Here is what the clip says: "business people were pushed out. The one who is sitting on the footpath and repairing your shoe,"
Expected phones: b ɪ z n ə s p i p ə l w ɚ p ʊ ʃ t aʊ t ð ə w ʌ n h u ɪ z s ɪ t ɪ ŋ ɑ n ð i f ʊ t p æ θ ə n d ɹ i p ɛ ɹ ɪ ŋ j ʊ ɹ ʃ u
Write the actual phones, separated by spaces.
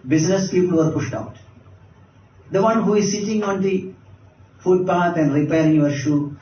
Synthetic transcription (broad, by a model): b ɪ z n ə s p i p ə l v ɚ p ʊ ʃ t aʊ t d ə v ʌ n h u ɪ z s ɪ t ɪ ŋ ɑ n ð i f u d p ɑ t ə n d ɹ i p ɛ ɹ ɪ ŋ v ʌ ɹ ʃ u